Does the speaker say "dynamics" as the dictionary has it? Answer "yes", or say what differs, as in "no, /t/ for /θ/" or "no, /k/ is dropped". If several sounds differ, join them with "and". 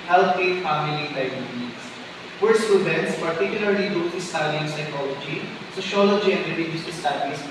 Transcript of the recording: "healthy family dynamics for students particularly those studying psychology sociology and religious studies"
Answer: no, /k/ is dropped